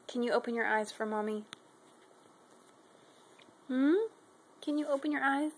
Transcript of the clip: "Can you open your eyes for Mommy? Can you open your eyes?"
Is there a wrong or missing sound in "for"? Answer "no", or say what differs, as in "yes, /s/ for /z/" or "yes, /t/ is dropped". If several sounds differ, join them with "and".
no